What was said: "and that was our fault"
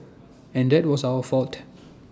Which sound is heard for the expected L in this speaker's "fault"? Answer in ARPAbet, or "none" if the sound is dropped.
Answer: L